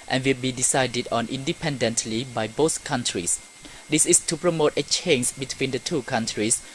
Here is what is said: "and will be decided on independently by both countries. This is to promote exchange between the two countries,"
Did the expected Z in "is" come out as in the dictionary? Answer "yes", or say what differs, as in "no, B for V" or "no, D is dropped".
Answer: no, S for Z